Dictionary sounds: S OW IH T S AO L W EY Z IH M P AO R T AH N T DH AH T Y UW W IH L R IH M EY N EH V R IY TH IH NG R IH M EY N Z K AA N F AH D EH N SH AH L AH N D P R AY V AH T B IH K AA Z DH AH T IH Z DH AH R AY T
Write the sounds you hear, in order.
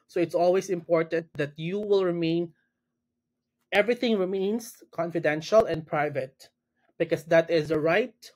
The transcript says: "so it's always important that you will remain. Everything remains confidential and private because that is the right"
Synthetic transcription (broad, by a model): S OW IH T S AO L W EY S IH M P AO R T AH N T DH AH T Y UW W IH L R IH M EY N EH V R IY TH IH NG R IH M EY N S K AA N F AH D EH N SH AH L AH N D P R AY V AH T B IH K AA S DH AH T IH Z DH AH R AY T